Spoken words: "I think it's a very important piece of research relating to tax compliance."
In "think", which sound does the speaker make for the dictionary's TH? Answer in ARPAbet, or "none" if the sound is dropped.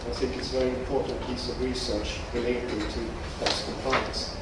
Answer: TH